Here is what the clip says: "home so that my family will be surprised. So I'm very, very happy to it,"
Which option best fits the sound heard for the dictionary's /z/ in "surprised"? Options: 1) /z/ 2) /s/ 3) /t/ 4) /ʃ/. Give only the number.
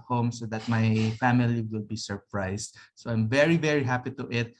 2